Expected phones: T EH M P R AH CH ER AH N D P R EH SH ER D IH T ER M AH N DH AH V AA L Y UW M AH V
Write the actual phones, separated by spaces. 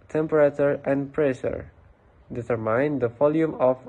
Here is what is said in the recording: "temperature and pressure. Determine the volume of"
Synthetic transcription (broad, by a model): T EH M P R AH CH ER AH N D P R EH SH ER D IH S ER M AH N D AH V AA L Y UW M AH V